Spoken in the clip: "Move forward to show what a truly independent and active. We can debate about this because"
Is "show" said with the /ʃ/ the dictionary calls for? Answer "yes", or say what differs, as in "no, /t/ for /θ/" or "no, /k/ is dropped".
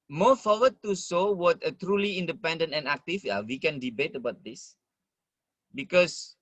no, /s/ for /ʃ/